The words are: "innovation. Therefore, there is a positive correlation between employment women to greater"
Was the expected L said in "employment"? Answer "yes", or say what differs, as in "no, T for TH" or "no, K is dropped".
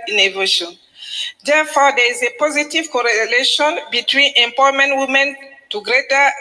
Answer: no, L is dropped